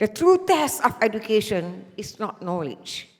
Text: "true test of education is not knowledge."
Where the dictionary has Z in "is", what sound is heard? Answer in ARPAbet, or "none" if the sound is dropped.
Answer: S